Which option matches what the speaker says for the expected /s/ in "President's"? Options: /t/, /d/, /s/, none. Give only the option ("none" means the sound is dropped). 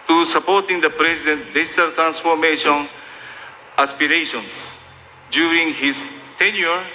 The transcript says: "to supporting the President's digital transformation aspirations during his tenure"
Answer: none